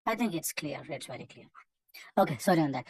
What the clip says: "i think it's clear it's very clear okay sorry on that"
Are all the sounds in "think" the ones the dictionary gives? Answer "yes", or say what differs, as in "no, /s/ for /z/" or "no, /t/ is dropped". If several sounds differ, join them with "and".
yes